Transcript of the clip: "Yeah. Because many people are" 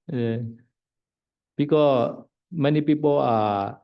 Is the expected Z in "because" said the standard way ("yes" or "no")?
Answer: no